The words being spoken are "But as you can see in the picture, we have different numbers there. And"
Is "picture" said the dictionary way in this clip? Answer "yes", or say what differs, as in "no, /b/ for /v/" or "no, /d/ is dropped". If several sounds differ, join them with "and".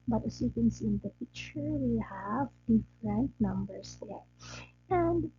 no, /f/ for /p/ and /k/ is dropped